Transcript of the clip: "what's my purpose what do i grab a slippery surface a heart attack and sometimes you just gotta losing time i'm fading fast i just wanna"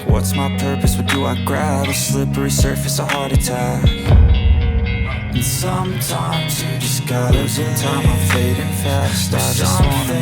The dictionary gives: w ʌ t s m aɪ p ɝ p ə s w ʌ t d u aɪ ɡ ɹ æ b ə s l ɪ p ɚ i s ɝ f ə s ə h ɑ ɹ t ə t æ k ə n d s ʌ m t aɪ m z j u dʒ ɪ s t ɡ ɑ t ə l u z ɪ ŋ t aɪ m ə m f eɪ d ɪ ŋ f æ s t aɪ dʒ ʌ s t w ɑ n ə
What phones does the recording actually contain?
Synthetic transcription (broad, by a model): w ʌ t s m aɪ p ɝ p ə s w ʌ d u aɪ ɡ ɹ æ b ə s l ɪ p ɚ i s ɝ f ə s ə h ɑ ɹ t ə t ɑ ə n s ʌ m t aɪ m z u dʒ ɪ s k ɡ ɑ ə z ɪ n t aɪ ə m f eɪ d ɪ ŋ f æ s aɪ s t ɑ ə